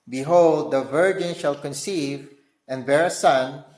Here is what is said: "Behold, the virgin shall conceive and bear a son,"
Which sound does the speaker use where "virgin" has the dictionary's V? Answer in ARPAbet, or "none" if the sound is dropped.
V